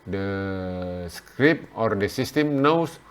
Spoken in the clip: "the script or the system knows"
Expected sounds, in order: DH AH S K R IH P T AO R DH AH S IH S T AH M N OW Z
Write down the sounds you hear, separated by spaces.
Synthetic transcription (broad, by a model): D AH S K R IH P AO R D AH S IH S T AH M N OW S